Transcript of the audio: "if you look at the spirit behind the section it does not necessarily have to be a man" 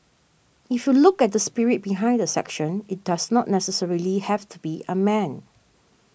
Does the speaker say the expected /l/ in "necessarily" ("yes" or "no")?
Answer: yes